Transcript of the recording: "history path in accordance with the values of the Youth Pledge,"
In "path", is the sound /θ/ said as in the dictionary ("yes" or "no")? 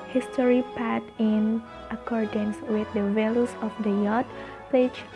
no